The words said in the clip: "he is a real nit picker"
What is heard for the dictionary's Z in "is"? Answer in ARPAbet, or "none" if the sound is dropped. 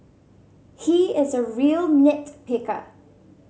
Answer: Z